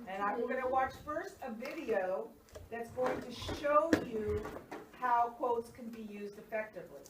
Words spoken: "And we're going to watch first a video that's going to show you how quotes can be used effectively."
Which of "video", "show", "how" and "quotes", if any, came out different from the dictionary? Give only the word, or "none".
none